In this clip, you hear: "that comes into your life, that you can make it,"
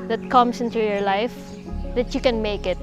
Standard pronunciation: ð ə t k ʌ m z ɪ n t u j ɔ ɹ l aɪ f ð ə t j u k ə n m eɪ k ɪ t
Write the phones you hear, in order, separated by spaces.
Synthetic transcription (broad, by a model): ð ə t k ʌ m s ɪ n t u j ɔ ɹ l aɪ f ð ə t j u k ə n m eɪ k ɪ t